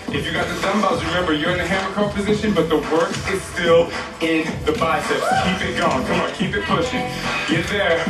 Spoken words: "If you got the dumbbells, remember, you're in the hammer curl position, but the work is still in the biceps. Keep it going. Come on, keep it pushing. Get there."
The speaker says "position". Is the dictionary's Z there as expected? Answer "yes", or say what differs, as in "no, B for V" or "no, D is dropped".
yes